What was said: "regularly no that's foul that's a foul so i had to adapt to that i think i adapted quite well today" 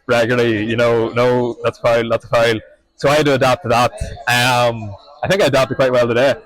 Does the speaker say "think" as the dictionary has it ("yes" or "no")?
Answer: yes